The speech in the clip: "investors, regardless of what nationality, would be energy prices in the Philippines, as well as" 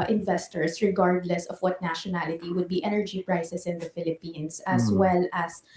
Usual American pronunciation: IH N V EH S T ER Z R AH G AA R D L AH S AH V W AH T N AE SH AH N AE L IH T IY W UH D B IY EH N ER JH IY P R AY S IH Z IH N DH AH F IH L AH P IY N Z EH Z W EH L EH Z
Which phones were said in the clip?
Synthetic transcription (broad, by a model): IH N V EH S T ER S R AH G AA R D L AH S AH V W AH T N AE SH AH N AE L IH T IY W UH D B IY EH N ER JH IY P R AY S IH S IH N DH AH F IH L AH P IY N S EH S W EH L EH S